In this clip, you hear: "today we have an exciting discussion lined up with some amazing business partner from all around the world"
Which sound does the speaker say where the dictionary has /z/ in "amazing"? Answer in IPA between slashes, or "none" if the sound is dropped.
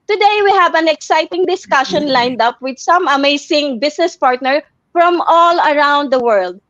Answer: /s/